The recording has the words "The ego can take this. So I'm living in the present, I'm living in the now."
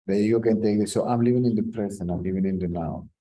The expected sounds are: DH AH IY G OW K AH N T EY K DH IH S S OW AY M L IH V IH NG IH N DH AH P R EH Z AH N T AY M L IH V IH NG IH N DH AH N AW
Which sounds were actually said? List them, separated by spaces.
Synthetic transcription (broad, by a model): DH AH IY G OW K AH N T EY K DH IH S S OW AY M L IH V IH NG IH N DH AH P R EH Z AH N AY M L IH V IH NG IH N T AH N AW